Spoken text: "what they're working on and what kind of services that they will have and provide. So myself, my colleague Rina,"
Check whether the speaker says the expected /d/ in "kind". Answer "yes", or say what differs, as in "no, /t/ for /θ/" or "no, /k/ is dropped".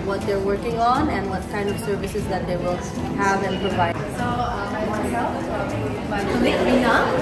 yes